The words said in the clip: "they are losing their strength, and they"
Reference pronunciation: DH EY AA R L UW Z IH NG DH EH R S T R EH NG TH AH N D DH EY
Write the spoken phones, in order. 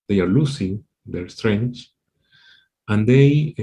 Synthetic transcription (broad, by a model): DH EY AA R L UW S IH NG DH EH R S T R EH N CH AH N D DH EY